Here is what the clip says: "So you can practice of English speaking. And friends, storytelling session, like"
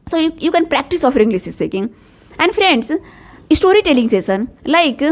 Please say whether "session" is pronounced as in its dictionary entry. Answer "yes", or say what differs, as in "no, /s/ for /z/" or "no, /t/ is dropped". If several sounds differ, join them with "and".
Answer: no, /s/ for /ʃ/